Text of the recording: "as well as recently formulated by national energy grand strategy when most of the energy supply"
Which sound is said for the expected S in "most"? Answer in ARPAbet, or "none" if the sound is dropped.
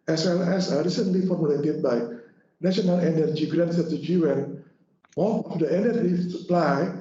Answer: TH